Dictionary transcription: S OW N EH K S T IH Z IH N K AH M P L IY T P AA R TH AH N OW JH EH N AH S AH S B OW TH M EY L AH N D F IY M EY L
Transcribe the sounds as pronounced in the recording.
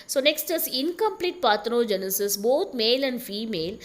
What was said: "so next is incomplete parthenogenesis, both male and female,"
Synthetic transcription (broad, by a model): S OW N EH K S T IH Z IH N K AH M P L IY T P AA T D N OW JH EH N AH S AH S B OW T M EY L AH N D F IY M EY L